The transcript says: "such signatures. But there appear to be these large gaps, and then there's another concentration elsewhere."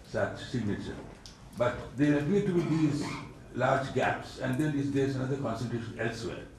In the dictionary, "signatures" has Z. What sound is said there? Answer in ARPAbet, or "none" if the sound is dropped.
none